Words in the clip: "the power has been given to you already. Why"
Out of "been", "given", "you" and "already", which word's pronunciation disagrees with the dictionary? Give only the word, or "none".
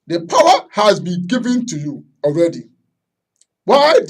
none